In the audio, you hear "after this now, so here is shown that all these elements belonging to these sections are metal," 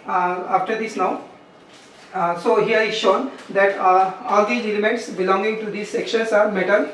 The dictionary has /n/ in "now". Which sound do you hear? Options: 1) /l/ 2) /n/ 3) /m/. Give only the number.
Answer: 2